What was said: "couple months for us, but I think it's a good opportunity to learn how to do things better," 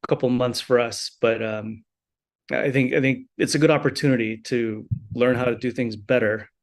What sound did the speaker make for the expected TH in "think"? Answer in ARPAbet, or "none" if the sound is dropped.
TH